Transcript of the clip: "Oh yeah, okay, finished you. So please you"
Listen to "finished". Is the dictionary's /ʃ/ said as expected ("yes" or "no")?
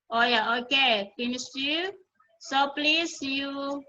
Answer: no